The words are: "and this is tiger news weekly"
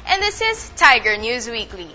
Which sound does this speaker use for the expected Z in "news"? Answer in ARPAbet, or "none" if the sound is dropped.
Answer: Z